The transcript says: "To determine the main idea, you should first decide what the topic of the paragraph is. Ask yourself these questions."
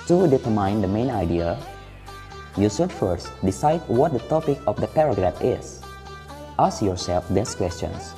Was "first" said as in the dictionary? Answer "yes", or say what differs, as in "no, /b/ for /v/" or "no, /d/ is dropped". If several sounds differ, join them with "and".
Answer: yes